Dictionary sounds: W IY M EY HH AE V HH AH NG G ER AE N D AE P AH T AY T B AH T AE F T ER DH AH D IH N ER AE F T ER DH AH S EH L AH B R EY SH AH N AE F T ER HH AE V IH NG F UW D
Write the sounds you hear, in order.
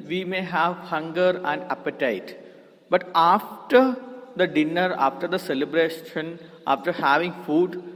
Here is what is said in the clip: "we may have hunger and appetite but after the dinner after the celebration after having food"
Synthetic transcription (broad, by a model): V IY M EY HH AE V HH AH NG G ER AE N D AE P AH T AY T B AH T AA F T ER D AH D IH N ER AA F T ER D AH S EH L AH B R EY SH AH N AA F T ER HH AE V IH NG F UW D